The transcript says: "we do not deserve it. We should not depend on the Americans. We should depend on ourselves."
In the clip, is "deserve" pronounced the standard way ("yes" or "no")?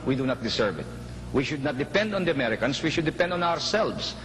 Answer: no